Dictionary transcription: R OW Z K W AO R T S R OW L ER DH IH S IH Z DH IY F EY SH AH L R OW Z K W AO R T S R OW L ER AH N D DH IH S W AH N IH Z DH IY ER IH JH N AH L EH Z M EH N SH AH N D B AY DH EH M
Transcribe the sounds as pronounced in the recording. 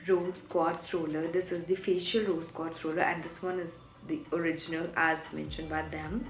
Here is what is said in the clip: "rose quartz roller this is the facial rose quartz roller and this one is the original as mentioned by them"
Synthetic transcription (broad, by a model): R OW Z K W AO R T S R OW L ER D IH S IH Z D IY F EY SH AH L R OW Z K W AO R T S R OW L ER AH N D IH S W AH N IH Z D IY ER IH JH N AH L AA S M EH N SH AH N D B AY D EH M